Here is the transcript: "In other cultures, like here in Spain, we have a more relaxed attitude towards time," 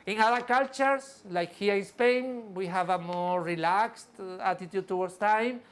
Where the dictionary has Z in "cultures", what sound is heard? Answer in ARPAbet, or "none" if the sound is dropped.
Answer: S